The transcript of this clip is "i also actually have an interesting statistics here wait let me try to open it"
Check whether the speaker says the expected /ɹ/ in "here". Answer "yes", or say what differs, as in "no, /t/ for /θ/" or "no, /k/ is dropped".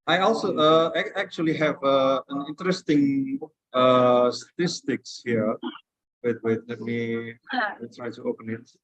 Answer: no, /w/ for /ɹ/